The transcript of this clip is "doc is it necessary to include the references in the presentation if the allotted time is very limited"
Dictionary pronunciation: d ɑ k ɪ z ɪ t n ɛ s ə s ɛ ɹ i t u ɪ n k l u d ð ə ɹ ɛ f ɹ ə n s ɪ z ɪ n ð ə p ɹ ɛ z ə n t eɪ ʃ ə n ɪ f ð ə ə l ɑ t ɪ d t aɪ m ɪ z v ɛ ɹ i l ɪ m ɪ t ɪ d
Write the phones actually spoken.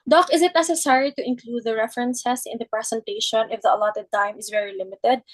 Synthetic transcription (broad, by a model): d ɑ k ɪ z ɪ t n ɛ s ə s ɛ ɹ i t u ɪ n k l u d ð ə ɹ ɛ f ɹ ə n s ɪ s ɪ n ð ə p ɹ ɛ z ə n t eɪ ʃ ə n ɪ f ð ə ə l ɑ t ɪ d t aɪ m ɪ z v ɛ ɹ i l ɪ m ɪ t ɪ d